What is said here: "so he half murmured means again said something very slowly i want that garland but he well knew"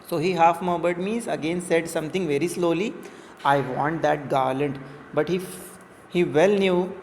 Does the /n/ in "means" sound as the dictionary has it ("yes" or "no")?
no